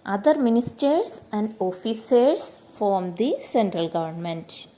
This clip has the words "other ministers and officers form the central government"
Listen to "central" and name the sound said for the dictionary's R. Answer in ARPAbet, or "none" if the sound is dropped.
R